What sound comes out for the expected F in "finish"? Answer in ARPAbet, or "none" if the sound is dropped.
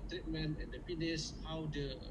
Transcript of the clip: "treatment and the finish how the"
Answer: P